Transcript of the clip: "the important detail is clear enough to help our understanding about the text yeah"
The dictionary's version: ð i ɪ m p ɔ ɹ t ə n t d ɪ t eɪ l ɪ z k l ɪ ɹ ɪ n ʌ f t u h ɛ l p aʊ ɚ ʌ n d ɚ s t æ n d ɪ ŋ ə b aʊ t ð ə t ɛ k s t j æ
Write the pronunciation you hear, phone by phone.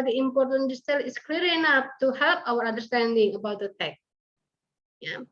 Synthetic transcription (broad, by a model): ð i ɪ m p ɔ ɹ t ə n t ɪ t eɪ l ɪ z k l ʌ ɹ ɪ n ʌ f t u h ɛ l p aʊ ɚ ʌ n d ɚ s t æ n d ɪ ŋ ə b aʊ t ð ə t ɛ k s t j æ